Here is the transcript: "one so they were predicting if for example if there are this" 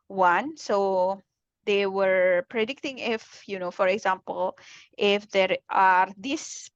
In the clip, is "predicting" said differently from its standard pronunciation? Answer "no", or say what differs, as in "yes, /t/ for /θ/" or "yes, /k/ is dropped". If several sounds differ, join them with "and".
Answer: no